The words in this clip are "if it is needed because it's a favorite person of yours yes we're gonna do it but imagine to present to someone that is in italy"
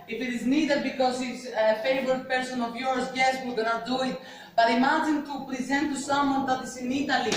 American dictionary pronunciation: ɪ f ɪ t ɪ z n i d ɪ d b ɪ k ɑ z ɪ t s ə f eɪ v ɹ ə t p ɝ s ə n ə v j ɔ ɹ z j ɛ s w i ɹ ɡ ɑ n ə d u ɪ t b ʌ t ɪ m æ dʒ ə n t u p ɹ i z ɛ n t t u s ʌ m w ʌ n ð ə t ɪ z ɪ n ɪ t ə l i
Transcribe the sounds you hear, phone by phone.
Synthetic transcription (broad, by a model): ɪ f ɪ t ɪ z n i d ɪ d b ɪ k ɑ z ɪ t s ə f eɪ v ə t p ɝ s ə n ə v j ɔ ɹ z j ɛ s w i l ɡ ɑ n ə d u ɪ t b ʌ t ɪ m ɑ dʒ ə n t u p ɹ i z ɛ n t t u s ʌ m w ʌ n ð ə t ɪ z ɪ n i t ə l i